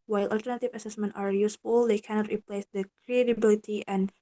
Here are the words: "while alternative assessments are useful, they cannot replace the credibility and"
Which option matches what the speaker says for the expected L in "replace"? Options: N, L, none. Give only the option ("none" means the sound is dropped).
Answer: L